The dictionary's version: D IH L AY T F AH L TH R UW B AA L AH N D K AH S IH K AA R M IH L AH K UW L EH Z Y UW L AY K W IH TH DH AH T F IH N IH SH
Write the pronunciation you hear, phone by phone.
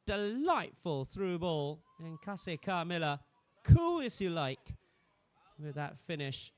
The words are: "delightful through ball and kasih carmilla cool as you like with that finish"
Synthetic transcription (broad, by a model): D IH L AY T F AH L TH R UW B AA L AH N K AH S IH K AA R M IH L AH K UW L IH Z Y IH L AY K W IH DH AH T F IH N IH SH